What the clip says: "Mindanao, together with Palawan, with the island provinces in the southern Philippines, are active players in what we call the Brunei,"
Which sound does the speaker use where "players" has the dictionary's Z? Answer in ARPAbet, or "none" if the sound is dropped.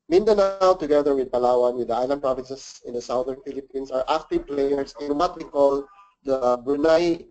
S